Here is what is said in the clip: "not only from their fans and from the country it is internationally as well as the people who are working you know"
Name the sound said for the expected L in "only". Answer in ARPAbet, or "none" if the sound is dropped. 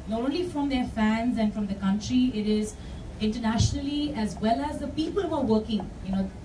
L